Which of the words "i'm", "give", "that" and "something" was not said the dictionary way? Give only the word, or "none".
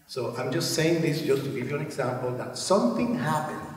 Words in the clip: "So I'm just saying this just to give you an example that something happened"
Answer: none